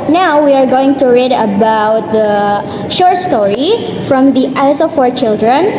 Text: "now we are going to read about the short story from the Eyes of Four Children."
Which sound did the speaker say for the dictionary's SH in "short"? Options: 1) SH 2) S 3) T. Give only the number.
1